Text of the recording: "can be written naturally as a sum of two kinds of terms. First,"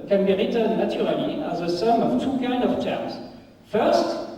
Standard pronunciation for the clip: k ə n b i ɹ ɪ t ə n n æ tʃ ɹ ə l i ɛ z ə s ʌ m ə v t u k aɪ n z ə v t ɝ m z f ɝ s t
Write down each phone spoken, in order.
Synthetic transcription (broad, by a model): k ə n b i ɹ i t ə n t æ ɹ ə l i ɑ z ə s ʌ m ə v t u k aɪ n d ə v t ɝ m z f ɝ s t